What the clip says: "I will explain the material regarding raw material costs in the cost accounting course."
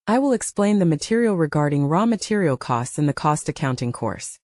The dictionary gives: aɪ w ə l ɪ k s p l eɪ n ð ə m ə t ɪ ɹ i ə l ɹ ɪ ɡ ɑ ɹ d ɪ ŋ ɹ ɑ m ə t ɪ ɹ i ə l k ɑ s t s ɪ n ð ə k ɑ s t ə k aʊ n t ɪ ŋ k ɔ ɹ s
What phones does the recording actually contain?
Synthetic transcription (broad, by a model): aɪ w ə l ɪ k s p l eɪ n ð ə m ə t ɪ ɹ i l ɹ ɪ ɡ ɑ ɹ d ɪ ŋ ɹ ɑ m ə t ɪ ɹ i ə l k ɑ s t s ɪ n ð ə k ɑ s t ə k aʊ n t ɪ ŋ k ɔ ɹ s